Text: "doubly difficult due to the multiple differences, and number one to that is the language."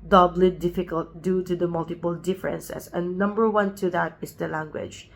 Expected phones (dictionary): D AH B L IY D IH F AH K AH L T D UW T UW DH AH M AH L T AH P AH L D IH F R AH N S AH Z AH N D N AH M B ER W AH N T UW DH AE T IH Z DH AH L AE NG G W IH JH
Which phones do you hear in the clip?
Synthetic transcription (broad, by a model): D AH B L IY D IH F AH K AH L T D UW T UW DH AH M AH L T AH P AH L D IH F R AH N S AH S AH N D N AH M B ER W AH N T UW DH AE T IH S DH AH L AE NG G W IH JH